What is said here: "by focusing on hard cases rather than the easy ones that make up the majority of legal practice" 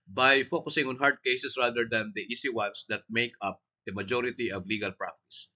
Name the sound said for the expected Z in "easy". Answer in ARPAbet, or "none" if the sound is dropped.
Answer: S